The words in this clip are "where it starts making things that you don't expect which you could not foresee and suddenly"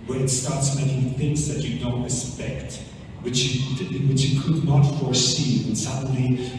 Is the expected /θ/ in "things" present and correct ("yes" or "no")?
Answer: yes